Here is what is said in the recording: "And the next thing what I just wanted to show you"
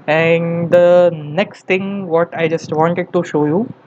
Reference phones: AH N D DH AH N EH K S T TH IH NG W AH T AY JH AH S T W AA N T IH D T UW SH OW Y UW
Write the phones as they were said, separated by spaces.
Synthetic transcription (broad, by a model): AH N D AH N EH K S T T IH NG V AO T AY JH AH S T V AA N T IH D T UW SH OW Y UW